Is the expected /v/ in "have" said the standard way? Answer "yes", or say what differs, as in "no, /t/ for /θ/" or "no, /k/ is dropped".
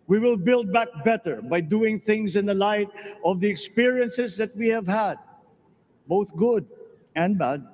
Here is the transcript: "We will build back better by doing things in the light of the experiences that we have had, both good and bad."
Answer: yes